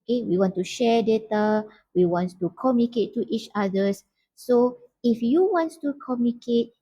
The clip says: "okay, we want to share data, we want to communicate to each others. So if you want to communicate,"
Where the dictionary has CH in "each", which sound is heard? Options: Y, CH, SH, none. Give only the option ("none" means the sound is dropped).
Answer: CH